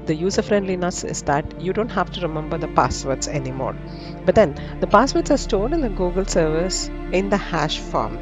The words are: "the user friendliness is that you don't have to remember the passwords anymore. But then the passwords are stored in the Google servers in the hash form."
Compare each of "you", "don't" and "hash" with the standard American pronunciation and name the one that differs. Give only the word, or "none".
none